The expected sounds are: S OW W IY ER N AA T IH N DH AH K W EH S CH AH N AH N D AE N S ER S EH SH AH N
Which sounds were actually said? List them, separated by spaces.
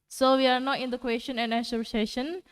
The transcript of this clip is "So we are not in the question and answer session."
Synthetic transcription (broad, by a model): S OW W IY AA N AA T IH N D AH K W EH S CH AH N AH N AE S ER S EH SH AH N